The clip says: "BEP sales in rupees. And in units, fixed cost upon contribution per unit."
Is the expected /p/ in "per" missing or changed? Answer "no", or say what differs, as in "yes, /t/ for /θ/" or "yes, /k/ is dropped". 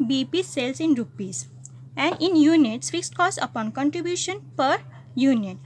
no